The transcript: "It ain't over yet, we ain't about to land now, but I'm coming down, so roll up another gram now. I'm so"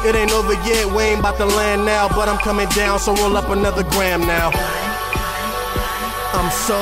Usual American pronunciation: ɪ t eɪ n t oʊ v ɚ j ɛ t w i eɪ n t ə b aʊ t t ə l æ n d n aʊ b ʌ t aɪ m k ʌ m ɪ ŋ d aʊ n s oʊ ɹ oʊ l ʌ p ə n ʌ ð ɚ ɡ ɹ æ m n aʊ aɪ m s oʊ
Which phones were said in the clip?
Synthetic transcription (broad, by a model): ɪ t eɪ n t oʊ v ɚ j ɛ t w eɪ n b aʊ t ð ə l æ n n aʊ b ʌ t aɪ m k ʌ m ɪ ŋ d aʊ n s oʊ w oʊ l ʌ p ə n ʌ ð ɚ ɡ ɹ æ m n aʊ aɪ m s oʊ